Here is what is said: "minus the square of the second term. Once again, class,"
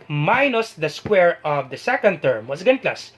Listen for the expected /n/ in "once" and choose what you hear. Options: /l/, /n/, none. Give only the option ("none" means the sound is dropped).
none